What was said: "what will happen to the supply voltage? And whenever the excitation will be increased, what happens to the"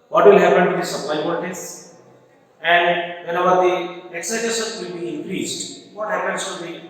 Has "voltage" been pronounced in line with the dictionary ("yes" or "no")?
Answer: no